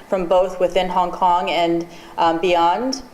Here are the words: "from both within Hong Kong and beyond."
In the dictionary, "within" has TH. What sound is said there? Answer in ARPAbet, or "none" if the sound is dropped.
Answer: TH